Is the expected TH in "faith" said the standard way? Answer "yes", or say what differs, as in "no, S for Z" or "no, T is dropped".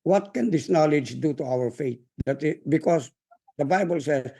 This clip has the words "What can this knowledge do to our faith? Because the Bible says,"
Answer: no, T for TH